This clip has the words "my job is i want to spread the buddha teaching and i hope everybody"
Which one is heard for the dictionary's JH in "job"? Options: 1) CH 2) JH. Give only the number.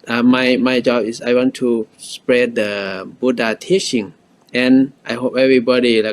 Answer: 2